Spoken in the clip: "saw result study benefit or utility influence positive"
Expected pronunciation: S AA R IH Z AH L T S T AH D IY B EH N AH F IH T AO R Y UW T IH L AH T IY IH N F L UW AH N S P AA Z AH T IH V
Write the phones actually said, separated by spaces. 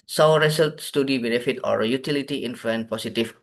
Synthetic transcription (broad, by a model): S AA R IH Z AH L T S T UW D IY B EH N AH F IH T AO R Y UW T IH L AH T IY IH N F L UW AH N P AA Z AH T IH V